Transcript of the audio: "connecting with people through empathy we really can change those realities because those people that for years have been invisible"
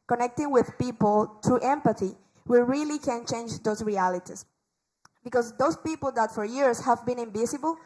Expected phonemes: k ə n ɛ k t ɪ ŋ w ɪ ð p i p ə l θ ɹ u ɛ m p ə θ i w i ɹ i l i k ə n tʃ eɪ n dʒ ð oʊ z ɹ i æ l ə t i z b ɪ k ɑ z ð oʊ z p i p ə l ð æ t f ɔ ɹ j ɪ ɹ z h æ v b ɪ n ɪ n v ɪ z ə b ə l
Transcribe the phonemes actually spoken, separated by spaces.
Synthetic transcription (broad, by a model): k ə n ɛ k t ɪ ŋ w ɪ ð p i p ə l t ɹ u ɛ m p ə θ i w i ɹ i l i k ə n tʃ eɪ n dʒ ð oʊ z ɹ i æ l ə t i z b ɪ k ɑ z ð oʊ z p i p ə l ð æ t f ɔ ɹ j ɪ ɹ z h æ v b ɪ n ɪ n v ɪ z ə b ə l